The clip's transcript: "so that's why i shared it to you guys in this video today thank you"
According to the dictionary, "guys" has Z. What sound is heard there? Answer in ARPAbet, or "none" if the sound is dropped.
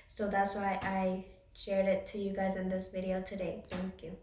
Z